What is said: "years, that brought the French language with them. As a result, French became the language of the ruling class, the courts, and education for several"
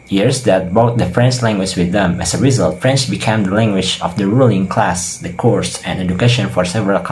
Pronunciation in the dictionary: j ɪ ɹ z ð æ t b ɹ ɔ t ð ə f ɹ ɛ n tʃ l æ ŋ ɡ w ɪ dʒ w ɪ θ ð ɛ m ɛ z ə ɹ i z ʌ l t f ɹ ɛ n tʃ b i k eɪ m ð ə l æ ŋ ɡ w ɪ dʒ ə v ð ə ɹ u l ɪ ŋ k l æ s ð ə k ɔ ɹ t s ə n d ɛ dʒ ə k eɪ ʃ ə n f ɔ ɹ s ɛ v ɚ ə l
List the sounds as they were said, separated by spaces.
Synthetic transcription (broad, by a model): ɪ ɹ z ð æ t b ɔ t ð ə f ɹ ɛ n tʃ l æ ŋ ɡ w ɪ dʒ w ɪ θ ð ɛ m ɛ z ə ɹ i z ʌ l t f ɹ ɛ n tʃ b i k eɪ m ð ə l æ ŋ ɡ w ɪ dʒ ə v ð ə ɹ u l ɪ ŋ k l æ s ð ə k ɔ ɹ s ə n ɛ dʒ ə k eɪ ʃ ə n f ɔ ɹ s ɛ v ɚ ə l